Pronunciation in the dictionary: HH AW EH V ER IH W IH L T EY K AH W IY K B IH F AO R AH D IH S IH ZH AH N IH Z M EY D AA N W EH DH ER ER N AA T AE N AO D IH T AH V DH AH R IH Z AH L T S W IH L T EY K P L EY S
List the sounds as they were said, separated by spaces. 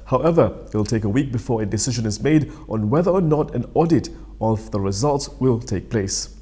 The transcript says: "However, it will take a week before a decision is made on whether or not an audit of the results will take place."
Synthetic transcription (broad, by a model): HH AW EH V ER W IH L T EY K AH W IY K B IH F AO R AH D IH S IH ZH AH N IH Z M EY D AA N W EH DH ER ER N AA T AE N AO D IH T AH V DH AH R IH Z AH L T S W IH L T EY K P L EY S